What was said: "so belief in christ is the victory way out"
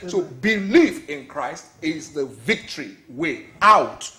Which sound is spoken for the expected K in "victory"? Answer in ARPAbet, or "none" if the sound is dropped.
K